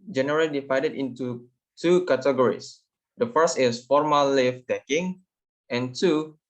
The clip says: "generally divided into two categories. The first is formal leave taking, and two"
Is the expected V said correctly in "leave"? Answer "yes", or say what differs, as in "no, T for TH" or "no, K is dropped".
no, F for V